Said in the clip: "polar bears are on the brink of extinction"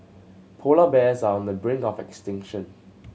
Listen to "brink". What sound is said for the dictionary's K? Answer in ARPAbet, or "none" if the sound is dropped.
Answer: none